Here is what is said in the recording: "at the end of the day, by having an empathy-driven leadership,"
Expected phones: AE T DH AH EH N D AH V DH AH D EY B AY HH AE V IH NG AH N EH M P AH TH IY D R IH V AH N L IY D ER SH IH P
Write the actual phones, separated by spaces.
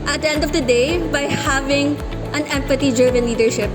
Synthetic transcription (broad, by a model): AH T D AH EH N D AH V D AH D EY B AY HH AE V IH NG AH N EH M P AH T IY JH R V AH N L IY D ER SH IH P